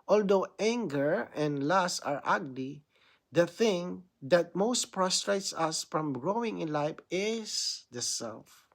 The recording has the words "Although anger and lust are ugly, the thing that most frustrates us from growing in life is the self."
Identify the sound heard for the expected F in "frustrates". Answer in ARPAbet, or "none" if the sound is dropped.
P